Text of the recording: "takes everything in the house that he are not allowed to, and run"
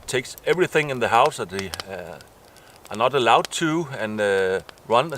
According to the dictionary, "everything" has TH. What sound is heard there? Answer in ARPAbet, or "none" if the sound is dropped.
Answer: TH